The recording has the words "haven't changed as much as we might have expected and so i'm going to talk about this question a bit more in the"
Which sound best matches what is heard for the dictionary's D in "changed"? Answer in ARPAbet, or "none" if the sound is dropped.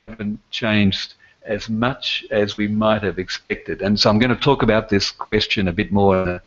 D